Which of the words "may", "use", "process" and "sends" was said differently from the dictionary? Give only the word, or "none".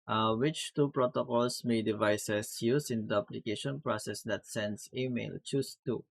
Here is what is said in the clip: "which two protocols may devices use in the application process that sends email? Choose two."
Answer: sends